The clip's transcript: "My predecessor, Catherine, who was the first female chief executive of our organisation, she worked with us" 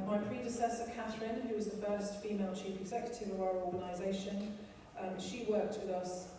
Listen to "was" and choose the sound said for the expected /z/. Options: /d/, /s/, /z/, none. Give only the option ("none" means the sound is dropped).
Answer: /z/